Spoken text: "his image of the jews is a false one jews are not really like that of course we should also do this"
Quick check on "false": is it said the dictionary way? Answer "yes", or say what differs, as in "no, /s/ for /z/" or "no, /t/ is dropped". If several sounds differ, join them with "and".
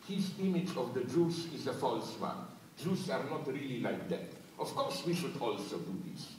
yes